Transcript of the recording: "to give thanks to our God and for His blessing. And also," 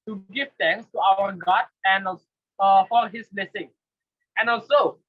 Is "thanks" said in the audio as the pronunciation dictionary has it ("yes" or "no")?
no